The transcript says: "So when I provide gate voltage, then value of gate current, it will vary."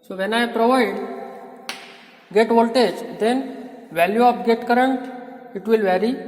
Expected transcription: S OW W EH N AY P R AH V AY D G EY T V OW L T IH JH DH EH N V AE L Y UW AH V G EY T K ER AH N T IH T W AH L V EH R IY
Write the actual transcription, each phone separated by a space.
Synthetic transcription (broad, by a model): S OW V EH N AY P R AH V AY D G EY T V OW L T IH JH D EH N V AE L Y UW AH P G EY T K ER AH N T IH T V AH L V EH R IY